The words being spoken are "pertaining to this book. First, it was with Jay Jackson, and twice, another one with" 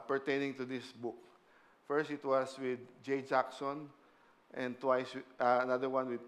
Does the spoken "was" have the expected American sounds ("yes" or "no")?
no